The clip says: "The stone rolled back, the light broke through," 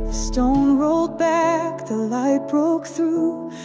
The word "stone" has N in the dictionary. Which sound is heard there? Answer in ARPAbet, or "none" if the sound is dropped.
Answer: N